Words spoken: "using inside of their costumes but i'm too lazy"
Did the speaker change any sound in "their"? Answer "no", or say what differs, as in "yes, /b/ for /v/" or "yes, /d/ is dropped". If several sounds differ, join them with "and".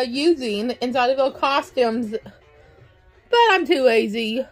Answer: yes, /l/ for /ɹ/